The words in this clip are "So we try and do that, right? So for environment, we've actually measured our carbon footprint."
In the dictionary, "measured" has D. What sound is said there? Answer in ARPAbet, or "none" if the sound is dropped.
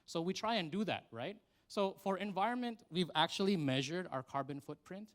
D